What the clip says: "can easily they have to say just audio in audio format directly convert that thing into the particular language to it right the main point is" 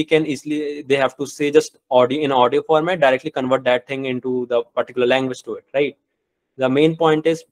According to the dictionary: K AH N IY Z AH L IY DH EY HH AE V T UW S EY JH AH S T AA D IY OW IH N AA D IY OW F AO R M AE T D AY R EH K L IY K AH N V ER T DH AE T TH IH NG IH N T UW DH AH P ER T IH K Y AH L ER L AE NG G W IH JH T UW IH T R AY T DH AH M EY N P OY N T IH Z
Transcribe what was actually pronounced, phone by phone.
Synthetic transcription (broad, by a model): K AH N IY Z L IY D EY HH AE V T UW S EY JH AH S T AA D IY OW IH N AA D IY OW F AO R M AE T D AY R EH K L IY K AH N V ER T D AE T T IH NG IH N T UW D AH P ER T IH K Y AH L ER L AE NG G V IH JH T UW IH T R AY T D AH M EY N P OY N T IH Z